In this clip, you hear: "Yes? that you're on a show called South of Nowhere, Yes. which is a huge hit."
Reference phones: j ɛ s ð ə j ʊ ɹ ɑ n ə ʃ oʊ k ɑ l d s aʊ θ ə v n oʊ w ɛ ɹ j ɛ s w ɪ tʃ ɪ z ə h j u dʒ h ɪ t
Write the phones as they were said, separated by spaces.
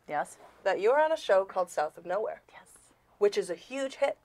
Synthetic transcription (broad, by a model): j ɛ s ð ə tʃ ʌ ɹ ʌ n ə ʃ oʊ k ɑ l d s aʊ θ ə v n oʊ w ɛ ɹ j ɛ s w ɪ tʃ ɪ z ə h j u dʒ h ɪ t